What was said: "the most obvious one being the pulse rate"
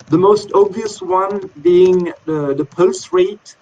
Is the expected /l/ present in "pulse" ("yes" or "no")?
yes